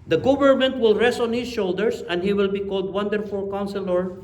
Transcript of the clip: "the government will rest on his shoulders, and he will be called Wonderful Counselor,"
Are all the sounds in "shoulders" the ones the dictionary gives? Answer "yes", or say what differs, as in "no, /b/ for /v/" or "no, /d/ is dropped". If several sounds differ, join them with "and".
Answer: no, /s/ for /z/